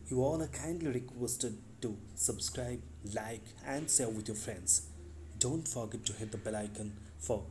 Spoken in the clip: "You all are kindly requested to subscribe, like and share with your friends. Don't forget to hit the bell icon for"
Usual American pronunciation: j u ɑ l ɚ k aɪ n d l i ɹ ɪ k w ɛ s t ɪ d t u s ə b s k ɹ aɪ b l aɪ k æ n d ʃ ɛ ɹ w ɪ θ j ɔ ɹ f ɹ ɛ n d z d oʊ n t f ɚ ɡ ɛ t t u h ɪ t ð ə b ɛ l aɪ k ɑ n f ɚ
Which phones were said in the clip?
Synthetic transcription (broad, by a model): j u ɑ l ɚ k aɪ n d l i ɹ ɪ k w ɛ s t ɪ d t u s ə b s k ɹ aɪ b l aɪ k æ n d s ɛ l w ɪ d j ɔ f ɹ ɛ n d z d oʊ n t f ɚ ɡ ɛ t t u h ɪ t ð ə b ɛ l aɪ k ɑ n f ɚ